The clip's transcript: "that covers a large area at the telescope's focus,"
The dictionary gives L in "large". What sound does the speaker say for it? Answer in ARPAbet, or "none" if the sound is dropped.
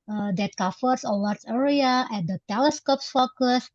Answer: W